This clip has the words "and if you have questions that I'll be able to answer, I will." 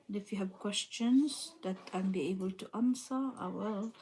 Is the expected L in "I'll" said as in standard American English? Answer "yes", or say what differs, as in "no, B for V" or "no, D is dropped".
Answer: no, N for L